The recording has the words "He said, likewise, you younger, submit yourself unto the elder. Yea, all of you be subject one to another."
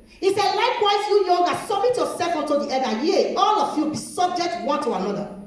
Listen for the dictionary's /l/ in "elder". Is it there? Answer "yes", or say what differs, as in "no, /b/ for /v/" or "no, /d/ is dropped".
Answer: no, /l/ is dropped